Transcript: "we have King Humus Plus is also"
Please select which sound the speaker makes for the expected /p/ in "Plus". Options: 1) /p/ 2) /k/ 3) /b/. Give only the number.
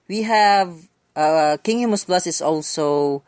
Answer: 3